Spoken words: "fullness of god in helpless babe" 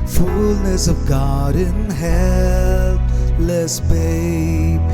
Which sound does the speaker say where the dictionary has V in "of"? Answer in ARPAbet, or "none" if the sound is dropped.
V